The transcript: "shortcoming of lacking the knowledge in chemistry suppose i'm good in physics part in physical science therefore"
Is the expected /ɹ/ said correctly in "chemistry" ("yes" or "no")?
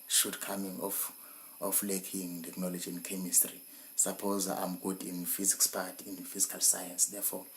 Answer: yes